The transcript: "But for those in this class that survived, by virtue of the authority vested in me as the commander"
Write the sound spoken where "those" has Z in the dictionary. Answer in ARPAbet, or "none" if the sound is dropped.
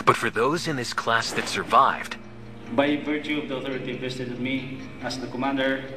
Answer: Z